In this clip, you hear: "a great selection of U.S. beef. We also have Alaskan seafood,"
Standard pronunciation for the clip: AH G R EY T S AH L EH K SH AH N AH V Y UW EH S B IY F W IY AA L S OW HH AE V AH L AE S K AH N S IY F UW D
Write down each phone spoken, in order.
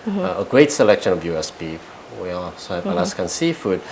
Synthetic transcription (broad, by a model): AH G R EY T S AH L EH K SH AH N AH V Y UW EH S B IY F W IY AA S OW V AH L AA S K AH N S IY F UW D